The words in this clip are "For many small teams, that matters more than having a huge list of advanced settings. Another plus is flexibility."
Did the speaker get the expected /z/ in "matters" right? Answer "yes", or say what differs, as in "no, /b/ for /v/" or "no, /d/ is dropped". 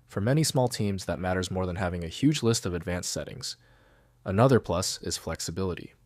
yes